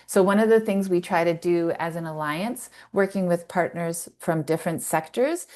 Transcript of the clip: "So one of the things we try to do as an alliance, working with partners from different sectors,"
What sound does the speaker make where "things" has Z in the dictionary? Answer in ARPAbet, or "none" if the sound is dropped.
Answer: Z